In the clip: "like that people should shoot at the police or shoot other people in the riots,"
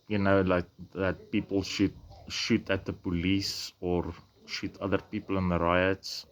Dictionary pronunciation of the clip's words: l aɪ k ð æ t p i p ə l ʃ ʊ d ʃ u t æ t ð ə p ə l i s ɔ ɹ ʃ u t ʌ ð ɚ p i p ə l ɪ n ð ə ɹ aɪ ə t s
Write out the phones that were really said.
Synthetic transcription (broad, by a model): l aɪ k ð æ t p i p ə l ʃ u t ʃ u t æ t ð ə p ə l i s ɔ ɹ ʃ u t ʌ ð ɚ p i p ə l ɪ n ð ə ɹ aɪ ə t s